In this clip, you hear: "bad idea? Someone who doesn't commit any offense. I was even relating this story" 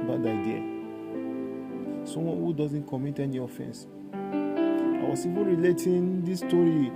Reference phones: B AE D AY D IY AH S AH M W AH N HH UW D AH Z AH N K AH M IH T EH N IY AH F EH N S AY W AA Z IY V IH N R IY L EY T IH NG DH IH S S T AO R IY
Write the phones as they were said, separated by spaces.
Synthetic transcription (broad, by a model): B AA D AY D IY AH S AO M W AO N HH UW D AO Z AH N K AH M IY T EH N IY AH F EH N S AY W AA S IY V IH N R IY L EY T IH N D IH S S T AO R IY